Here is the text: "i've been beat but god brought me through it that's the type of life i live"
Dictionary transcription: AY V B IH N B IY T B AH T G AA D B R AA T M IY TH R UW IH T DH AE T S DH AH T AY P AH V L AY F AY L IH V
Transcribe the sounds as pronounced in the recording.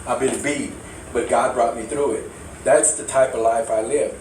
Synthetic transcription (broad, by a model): AY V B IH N B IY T B AH T G AA D B R AA T M IY TH R UW IH T DH AE T S DH AH T AY P AH V L AY F AY L IH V